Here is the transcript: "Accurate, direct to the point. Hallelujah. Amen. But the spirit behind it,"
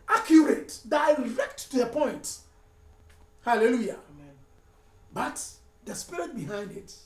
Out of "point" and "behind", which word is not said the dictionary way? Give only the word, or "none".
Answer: none